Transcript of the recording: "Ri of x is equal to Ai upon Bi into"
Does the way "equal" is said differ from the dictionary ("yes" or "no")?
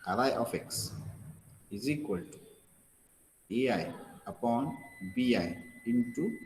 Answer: no